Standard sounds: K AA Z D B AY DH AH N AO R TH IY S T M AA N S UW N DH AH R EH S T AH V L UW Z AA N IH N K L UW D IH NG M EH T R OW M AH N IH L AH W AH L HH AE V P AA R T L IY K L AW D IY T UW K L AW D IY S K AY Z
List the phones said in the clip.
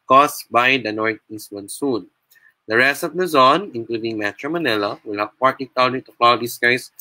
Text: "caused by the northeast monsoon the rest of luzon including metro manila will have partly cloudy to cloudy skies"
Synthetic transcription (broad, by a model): K AA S B AY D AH N AO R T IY S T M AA N S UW N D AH R EH S T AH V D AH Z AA N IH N K L UW D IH NG M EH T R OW M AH N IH L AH W AH L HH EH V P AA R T IY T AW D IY T UW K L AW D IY S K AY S